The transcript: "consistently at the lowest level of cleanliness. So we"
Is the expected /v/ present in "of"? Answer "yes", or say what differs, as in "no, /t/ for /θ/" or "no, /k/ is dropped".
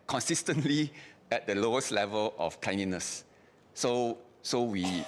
no, /f/ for /v/